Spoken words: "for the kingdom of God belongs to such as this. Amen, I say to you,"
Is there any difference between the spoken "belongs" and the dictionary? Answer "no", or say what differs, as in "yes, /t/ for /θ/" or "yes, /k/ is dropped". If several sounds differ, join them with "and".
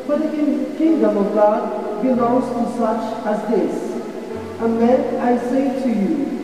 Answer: yes, /n/ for /l/